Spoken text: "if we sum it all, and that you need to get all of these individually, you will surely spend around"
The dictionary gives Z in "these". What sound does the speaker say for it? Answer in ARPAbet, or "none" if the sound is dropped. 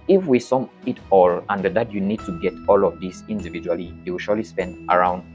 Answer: S